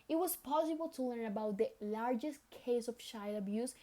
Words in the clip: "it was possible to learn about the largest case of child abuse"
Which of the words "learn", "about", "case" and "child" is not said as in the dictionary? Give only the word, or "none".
child